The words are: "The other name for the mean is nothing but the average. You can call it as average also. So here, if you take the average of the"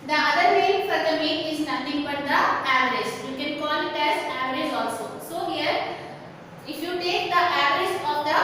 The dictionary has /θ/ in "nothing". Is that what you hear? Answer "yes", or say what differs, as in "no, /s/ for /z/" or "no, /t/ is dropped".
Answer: no, /t/ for /θ/